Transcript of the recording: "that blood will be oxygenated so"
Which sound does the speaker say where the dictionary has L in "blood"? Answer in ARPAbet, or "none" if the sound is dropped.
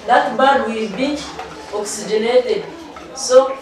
none